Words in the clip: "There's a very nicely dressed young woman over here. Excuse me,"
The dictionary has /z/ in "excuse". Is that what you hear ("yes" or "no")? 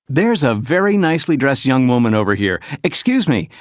yes